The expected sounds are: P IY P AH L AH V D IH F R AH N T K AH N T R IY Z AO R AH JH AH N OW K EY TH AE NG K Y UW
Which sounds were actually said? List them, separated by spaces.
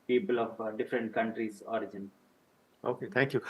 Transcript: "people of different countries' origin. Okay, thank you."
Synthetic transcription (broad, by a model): P IY P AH L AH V D IH F R AH N T K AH N T R IY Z AO R AH JH AH N OW K EY T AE NG K Y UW